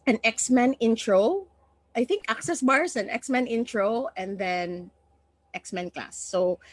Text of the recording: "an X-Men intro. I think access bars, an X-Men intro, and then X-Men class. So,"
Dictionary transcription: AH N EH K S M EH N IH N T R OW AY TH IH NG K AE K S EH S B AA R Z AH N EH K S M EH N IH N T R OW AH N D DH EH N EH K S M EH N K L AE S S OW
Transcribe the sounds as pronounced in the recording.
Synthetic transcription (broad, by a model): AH N EH K S M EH N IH N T R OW AY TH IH NG K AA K S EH S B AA R S AH N EH K S M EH N IH N T R OW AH N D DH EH N EH K S M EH N K L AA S S OW